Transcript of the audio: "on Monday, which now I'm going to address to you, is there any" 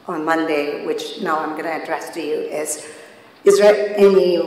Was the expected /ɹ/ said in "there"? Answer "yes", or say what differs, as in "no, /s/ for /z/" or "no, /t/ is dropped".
no, /l/ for /ɹ/